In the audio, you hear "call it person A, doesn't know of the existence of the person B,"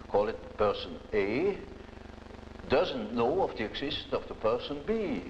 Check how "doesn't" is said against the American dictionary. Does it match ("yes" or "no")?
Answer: yes